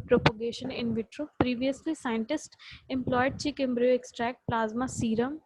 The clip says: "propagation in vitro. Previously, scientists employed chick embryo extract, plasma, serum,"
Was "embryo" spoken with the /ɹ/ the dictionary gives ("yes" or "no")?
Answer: yes